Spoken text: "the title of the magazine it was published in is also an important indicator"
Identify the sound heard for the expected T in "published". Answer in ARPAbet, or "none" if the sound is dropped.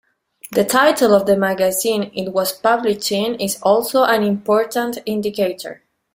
none